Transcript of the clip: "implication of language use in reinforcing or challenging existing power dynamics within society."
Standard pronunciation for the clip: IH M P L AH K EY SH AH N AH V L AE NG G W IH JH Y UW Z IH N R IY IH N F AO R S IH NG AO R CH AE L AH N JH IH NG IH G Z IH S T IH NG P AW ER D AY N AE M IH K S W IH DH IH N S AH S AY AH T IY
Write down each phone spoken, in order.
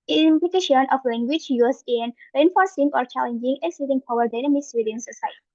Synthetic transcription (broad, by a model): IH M P L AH K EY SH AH N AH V L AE NG G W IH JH Y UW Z IH N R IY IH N F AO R S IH NG AO R CH AE L AH N JH IH NG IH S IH T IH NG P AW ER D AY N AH M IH S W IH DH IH N S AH S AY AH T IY